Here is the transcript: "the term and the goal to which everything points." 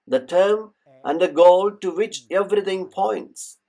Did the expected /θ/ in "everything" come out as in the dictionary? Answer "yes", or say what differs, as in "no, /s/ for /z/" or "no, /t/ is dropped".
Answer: no, /t/ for /θ/